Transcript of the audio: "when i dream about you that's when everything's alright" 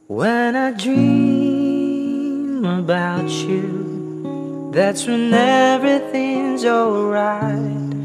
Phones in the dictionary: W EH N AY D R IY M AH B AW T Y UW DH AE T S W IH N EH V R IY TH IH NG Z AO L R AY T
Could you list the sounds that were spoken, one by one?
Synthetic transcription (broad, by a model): W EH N AY D R IY M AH B AW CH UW DH AE T S W IH N EH V R IY TH IH NG Z AO L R AY T